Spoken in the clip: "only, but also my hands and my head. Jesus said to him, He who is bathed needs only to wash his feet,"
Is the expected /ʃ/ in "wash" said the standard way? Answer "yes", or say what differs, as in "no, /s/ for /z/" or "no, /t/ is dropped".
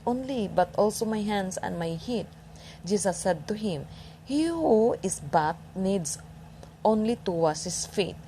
no, /s/ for /ʃ/